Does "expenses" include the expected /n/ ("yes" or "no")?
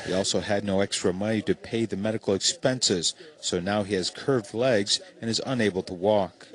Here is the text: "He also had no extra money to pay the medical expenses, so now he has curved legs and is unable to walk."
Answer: yes